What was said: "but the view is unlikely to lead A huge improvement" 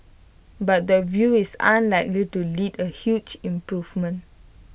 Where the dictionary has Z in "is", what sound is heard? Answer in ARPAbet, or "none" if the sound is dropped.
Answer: S